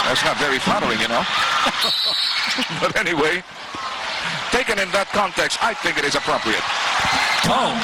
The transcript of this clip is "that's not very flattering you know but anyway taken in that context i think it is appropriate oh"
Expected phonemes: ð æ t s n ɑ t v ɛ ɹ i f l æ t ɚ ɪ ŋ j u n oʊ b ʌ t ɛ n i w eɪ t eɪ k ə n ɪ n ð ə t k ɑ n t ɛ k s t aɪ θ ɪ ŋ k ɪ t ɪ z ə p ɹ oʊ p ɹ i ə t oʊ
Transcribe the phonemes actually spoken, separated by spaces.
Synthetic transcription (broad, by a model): ð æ t s n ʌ t v ɛ ɹ i f ɑ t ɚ ɪ ŋ j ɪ n oʊ b ʌ t ɛ n i w eɪ t eɪ k ə n ɪ n ð ə t k ɑ n t ɛ k s t aɪ θ ɪ ŋ k ɪ t ɪ z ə p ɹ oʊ p ɹ i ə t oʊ